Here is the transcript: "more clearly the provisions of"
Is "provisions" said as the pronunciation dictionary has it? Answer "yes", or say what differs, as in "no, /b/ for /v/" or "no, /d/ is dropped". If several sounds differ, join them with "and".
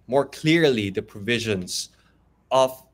yes